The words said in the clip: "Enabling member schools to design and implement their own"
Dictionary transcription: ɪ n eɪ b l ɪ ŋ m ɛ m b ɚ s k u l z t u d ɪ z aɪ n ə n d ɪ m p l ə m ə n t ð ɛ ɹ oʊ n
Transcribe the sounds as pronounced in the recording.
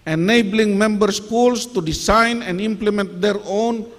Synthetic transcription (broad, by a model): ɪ n eɪ b l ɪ ŋ m ɛ m b ɚ s k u l s t u d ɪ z aɪ n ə n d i m p l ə m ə n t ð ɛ ɹ oʊ n